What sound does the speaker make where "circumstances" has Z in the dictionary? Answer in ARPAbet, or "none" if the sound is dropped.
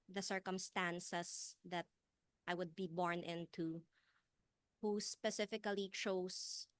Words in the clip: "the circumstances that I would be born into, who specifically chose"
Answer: S